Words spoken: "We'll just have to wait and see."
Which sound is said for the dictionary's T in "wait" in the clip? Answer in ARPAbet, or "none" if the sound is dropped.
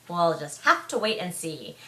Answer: T